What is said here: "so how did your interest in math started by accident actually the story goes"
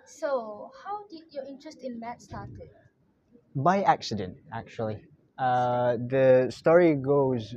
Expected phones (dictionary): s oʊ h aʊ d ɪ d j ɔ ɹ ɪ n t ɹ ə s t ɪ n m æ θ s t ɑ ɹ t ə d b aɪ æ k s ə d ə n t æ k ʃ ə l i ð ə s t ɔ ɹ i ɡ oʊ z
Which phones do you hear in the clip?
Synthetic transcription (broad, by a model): s oʊ h aʊ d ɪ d j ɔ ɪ n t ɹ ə s t ɪ n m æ t s t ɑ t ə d b aɪ æ k s ə d ə n t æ k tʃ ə l i ð ə s t ɔ ɹ i ɡ oʊ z